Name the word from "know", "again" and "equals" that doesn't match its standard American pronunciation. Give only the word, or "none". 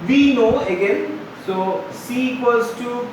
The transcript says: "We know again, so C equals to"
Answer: equals